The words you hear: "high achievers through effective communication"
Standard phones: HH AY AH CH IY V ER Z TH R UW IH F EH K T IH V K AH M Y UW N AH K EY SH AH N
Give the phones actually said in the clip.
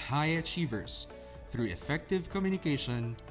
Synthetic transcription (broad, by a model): HH AY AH CH IY V ER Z TH R UW IH F EH K T IH V K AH M Y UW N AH K EY SH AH N